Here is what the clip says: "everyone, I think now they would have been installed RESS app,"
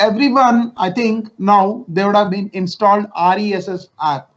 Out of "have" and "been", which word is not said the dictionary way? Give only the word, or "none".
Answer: none